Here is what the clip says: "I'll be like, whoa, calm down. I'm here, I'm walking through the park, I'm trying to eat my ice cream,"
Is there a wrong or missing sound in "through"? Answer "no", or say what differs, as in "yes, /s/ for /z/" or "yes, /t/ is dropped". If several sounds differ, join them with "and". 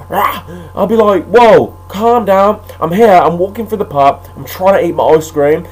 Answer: yes, /f/ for /θ/